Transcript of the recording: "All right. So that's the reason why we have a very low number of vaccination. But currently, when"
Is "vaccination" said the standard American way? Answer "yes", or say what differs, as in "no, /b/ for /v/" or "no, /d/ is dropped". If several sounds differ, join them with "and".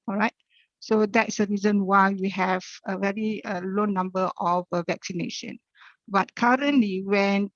yes